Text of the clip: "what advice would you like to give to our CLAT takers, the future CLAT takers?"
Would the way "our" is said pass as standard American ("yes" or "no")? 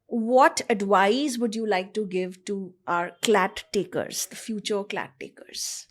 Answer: yes